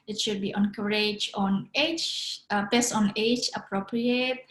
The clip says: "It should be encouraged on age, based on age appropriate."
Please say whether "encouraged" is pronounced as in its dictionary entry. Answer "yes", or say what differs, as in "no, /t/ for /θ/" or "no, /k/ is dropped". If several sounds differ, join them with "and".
no, /d/ is dropped